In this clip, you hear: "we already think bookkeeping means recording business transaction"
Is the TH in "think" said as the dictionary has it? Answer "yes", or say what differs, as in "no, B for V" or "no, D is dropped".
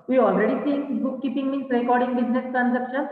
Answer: no, S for TH